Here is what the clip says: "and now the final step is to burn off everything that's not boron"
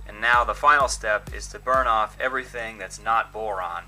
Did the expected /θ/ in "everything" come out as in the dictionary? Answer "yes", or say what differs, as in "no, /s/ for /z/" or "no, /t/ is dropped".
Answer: yes